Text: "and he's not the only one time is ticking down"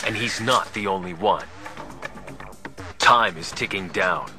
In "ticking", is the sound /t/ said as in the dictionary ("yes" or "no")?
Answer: yes